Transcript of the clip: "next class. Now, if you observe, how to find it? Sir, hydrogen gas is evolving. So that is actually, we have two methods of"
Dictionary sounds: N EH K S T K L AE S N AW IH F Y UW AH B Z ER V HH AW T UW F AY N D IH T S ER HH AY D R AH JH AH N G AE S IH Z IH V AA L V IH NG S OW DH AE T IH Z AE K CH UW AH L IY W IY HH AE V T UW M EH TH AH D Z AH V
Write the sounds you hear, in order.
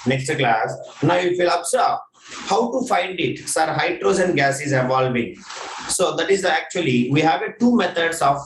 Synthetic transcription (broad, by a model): N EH K S T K L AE S N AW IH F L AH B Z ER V HH AW T UW F AY N D IH T S ER HH AY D R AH Z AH N G AE S IH Z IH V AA L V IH NG S OW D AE T IH Z AE K CH UW AH L IY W IY HH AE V T UW M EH T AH D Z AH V